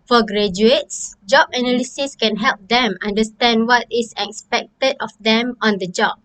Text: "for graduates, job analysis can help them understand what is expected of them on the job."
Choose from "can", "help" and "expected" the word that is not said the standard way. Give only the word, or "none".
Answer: none